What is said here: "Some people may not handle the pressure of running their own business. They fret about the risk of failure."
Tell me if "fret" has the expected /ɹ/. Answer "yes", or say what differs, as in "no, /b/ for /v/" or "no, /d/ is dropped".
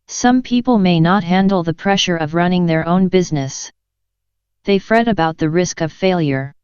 yes